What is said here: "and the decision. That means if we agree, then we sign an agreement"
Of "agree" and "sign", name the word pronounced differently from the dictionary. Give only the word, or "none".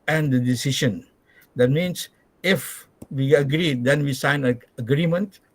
sign